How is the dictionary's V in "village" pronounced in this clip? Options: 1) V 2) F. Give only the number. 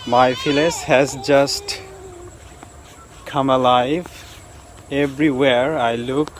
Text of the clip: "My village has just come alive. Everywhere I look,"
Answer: 2